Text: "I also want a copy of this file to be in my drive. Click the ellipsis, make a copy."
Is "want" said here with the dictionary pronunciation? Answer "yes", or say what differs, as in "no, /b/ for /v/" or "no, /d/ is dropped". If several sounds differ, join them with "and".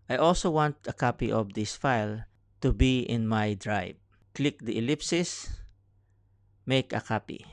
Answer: yes